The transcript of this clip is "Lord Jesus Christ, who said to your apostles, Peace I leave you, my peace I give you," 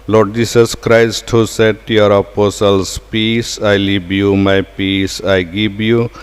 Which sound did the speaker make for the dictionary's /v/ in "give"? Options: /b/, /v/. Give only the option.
/b/